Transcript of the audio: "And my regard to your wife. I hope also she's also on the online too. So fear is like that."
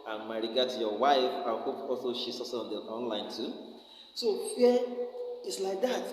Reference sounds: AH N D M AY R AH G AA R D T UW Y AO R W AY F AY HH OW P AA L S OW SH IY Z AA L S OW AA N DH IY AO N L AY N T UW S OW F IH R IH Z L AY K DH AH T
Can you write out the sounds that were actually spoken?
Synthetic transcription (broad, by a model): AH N M AY R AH G AA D T UW Y AO W AY F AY HH OW P AA L S OW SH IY S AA S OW AA N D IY AO N L AY N T UW S OW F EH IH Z L AY K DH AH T